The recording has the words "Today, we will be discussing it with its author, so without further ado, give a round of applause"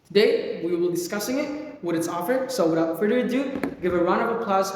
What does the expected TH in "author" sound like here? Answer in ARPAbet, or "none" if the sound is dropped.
F